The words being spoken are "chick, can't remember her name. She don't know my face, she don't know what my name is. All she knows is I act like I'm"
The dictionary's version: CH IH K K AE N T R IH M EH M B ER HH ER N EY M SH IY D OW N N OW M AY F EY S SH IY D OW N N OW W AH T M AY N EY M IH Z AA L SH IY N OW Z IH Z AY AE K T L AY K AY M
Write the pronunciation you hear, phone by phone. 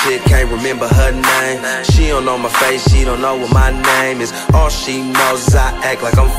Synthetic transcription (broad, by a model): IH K K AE N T R IH M EH M B ER HH ER N EY M SH IY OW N N OW M AY F EY S SH IY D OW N N OW W AH T M AY N EY M IH Z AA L SH IY N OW IH Z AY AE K L AY K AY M